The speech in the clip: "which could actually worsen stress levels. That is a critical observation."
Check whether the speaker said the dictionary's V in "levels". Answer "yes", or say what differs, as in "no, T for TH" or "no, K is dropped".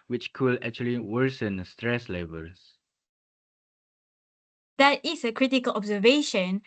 no, B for V